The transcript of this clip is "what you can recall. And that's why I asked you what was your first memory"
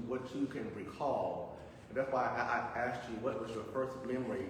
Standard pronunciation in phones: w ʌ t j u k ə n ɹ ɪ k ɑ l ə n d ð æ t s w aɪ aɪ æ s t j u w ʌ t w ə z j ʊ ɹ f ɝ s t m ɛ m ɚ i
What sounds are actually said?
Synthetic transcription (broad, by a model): w ʌ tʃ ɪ k ə n ɹ ɪ k ɑ l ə n ð æ t s w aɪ aɪ æ s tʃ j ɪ w ʌ t w ə z j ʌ ɹ p ɝ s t m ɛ m ɚ i